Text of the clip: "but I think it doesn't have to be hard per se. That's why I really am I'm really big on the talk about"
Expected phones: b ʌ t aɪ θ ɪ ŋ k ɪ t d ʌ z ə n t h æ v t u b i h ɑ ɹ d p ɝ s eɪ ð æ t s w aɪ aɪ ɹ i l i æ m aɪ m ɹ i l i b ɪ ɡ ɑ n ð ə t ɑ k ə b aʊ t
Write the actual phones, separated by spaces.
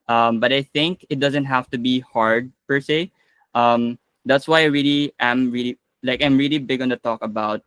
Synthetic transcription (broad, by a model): b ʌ t aɪ θ ɪ ŋ k ɪ t d ʌ z ə n t h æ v t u b i h ɑ ɹ d p ɝ s eɪ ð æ t s w aɪ aɪ ɹ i l i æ m aɪ m ɹ i l i b ɪ ɡ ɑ n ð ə t ɑ k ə b aʊ t